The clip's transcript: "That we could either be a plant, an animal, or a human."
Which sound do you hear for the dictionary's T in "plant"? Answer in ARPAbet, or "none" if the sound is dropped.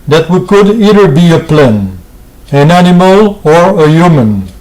none